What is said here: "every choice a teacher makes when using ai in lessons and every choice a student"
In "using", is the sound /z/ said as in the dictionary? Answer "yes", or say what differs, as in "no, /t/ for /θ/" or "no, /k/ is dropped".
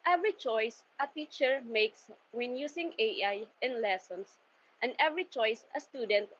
no, /s/ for /z/